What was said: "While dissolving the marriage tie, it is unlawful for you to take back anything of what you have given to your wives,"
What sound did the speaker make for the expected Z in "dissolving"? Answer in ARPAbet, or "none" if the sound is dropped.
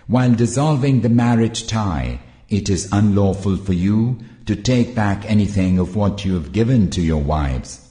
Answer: Z